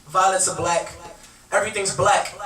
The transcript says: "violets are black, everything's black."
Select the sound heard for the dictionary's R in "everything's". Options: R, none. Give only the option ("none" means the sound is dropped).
R